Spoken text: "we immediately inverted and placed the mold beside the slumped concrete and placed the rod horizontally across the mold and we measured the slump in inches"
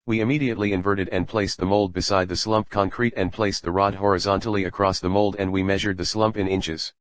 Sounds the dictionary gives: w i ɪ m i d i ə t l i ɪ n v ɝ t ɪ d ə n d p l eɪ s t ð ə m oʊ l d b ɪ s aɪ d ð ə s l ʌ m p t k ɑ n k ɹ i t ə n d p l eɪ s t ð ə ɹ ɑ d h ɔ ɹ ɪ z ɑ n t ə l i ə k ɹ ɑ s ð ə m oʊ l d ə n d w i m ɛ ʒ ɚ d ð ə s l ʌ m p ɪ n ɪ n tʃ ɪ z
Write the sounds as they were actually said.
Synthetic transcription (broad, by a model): w i ɪ m i d i ə t l i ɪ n v ɝ t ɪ d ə n p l eɪ s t ð ə m oʊ l d b ɪ s aɪ d ð ə s l ʌ m p k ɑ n k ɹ i t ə n p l eɪ s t ð ə ɹ ɑ d h ɔ ɹ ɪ z ɑ n t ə l i ə k ɹ ɑ s ð ə m oʊ l d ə n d w i m ɛ ʒ ɚ d ð ə s l ʌ m p ɪ n ɪ n tʃ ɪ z